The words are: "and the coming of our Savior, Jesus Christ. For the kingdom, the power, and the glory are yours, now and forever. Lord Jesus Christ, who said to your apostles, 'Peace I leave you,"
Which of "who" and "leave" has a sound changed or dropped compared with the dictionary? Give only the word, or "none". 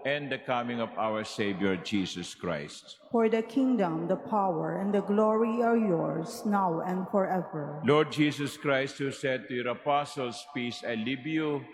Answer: leave